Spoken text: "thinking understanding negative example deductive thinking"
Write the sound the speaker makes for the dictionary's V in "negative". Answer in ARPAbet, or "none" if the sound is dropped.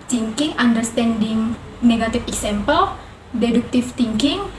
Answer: F